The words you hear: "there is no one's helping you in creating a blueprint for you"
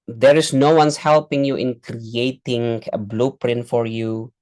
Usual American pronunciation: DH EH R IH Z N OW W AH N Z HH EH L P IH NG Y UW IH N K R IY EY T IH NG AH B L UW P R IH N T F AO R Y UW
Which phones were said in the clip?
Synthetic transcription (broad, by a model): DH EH R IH S N OW W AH N S HH EH L P IH NG Y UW IH N K R IY EY T IH NG AH B L UW P R IH N T F AO R Y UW